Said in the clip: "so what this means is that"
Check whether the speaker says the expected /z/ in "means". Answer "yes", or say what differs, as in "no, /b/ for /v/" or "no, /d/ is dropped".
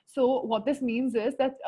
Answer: yes